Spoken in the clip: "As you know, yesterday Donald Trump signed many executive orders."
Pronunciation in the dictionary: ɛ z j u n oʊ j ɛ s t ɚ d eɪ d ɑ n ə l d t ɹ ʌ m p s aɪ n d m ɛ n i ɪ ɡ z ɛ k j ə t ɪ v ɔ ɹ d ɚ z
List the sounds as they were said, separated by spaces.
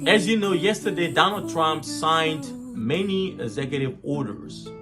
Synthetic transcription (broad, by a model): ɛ z j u n oʊ j ɛ s t ɚ d eɪ d ɑ n ə l d t ɹ ʌ m p s aɪ n d m ɛ n i ɪ ɡ z ɛ k j ə t ɪ v ɔ ɹ d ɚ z